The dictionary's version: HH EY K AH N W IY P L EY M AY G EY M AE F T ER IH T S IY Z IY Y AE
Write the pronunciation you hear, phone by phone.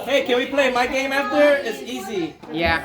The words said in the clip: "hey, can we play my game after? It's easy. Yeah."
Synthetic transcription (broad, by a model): HH EY K AH N W IY P L EY M AY G EY M AE F T ER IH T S IY Z IY Y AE